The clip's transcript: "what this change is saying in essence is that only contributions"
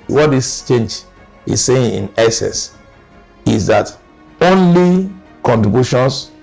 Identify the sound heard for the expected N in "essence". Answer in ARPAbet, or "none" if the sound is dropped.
none